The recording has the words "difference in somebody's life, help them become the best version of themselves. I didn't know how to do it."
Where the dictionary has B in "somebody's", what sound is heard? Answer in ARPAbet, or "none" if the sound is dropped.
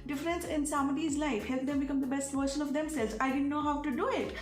none